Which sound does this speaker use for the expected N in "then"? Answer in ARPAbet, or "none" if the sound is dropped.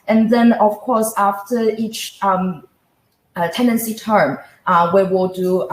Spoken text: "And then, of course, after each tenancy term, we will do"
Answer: N